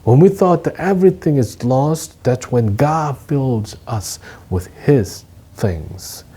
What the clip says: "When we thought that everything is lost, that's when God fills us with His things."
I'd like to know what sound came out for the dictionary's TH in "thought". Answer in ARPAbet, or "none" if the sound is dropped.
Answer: TH